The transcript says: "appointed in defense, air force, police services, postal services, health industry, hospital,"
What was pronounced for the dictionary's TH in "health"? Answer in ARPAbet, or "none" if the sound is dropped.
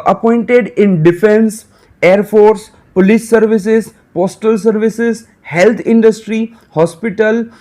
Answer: T